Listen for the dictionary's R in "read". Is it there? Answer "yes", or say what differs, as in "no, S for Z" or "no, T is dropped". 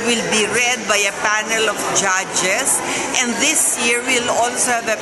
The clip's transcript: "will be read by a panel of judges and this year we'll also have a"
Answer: yes